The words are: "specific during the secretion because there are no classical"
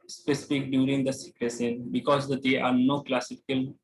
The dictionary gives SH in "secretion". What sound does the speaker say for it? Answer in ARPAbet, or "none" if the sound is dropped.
S